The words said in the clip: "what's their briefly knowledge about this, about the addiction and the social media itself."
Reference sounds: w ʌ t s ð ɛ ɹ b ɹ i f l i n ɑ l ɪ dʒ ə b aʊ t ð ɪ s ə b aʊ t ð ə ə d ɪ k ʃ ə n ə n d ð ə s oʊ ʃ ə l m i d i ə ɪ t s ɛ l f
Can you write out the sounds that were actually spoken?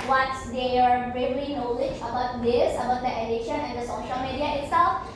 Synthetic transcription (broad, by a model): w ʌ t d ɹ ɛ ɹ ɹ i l i n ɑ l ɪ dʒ ə b aʊ t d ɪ s ə b aʊ t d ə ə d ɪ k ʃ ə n ə n d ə s oʊ ʃ ə l m i d i ə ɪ t s ɛ l f